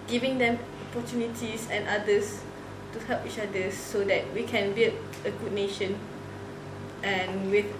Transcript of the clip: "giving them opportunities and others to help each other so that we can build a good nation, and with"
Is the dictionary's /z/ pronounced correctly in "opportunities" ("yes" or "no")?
no